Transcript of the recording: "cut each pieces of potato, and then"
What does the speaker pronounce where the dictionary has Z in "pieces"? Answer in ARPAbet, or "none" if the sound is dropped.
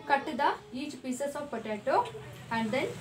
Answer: S